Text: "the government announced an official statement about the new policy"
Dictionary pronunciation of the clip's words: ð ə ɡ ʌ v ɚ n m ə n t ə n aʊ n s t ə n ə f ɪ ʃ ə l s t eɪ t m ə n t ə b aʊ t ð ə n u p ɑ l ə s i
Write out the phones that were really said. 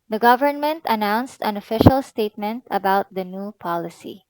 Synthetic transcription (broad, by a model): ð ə ɡ ʌ v ɚ n m ə n t ə n aʊ n s t ə n ə f ɪ ʃ ə l s t eɪ t m ə n t ə b aʊ t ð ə n u p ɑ l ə s i